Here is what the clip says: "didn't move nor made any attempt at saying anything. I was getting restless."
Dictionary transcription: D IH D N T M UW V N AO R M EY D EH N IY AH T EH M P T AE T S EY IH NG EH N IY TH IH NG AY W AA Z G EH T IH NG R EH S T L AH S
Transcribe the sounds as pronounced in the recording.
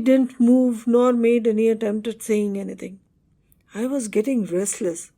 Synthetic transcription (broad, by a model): D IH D N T M UW V N AO R M EY D EH N IY AH T EH M P T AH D S EY IH NG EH N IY T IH NG AY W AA Z G EH T IH NG R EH S T L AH S